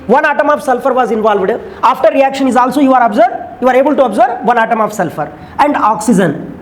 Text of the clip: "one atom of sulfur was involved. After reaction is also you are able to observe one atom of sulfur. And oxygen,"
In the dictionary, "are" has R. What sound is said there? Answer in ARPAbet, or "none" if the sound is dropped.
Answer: R